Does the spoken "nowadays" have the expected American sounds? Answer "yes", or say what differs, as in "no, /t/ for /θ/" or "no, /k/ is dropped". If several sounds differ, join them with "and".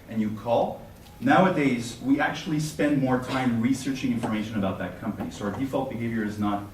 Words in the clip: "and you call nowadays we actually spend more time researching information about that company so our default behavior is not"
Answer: yes